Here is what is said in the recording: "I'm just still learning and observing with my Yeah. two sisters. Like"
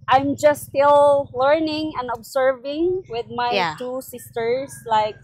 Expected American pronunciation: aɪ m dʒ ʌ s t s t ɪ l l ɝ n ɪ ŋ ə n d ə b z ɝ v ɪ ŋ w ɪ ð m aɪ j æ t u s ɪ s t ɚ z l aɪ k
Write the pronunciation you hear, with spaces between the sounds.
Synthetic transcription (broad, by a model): aɪ m dʒ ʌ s s t ɪ l l ɝ n ɪ ŋ ə n d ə b s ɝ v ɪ ŋ w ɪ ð m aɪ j t u s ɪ s t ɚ s l aɪ k